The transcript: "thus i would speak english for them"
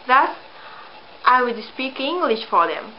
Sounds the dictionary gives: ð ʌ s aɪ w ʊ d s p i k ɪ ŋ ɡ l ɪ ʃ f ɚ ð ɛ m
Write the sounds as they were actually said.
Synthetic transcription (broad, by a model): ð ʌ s aɪ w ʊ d s p i k ɪ ŋ ɡ l ɪ ʃ f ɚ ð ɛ m